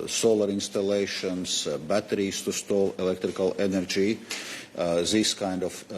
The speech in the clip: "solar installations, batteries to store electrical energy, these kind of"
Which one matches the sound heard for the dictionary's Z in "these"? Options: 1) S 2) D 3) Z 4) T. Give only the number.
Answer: 1